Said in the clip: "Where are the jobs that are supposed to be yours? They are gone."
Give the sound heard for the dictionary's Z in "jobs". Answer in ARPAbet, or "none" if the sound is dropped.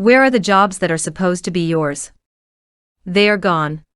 Z